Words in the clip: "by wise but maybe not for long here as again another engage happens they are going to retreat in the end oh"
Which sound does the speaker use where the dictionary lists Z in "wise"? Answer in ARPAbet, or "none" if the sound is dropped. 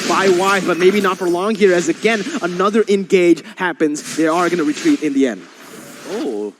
none